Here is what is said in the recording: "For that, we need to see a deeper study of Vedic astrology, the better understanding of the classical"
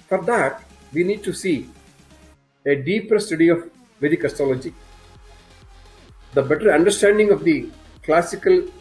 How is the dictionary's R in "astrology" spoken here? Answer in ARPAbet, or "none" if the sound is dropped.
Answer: none